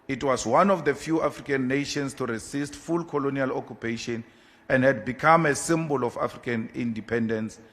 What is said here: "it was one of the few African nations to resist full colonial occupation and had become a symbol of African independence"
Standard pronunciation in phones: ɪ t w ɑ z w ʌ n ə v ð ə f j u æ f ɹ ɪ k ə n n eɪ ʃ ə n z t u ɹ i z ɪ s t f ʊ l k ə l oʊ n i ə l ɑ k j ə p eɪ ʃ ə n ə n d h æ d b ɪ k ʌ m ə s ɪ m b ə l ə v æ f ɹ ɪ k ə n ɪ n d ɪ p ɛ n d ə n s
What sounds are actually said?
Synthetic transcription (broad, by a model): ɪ t w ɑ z w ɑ n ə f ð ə f j u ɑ f ɹ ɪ k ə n n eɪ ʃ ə n s t u ɹ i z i s t f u l k ə l oʊ n i ə l ɑ k j ə p eɪ ʃ ə n ə n d h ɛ d b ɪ k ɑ m ə s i m b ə l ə f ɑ f ɹ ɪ k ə n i n d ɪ p ɛ n d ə n s